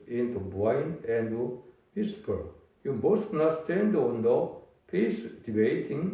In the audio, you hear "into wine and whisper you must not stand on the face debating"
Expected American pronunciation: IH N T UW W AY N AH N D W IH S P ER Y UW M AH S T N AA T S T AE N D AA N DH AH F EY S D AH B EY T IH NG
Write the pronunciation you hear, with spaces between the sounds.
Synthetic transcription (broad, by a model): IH N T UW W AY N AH N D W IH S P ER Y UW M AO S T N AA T S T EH N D AA N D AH P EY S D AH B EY T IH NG